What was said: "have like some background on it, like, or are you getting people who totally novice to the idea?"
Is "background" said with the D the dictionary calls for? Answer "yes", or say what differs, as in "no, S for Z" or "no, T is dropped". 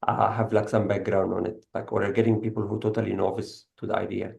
yes